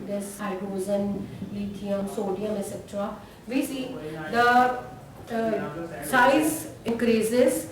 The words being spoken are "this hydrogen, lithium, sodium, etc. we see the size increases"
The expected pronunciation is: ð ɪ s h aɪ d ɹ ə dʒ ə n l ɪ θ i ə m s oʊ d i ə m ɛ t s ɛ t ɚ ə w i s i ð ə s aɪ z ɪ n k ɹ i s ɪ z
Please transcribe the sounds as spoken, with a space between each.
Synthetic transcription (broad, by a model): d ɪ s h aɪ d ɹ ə z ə n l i t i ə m s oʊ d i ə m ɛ s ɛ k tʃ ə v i s i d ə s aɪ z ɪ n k ɹ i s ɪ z